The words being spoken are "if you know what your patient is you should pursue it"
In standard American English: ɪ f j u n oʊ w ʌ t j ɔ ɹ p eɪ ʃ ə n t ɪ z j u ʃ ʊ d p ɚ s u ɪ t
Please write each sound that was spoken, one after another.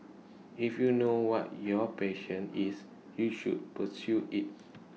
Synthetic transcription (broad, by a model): ɪ f j u n oʊ w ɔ t j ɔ p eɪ ʃ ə n ɪ s j u ʃ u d p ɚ s u ɪ t